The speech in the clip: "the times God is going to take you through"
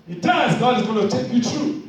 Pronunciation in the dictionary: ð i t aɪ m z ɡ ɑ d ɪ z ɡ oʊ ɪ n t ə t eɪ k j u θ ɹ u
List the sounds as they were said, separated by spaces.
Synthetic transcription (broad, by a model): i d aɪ z ɡ ɑ d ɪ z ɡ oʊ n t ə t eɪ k j u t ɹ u